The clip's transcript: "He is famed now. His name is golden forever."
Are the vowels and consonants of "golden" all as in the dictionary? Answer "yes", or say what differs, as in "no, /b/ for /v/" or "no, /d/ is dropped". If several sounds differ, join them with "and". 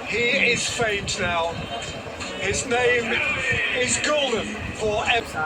yes